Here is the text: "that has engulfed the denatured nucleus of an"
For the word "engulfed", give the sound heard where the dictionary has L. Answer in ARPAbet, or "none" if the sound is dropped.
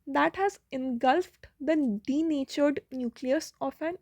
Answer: L